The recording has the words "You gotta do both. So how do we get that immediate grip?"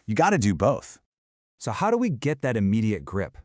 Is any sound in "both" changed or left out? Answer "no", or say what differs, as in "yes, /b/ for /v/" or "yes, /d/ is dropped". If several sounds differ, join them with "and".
no